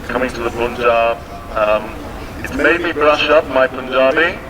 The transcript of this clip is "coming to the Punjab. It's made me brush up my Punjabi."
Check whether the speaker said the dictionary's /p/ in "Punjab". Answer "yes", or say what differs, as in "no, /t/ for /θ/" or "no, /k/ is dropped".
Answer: no, /b/ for /p/